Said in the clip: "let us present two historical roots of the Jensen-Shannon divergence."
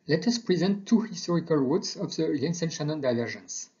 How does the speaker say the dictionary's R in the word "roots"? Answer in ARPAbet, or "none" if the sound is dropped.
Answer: W